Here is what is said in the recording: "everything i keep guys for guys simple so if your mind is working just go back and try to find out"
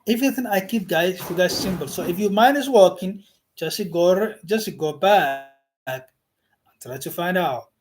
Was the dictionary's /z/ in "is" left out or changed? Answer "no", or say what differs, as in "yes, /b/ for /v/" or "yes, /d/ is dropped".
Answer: yes, /s/ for /z/